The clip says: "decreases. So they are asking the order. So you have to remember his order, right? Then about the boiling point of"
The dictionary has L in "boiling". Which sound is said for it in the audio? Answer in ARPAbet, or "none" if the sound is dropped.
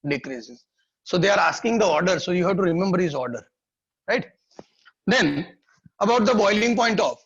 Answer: L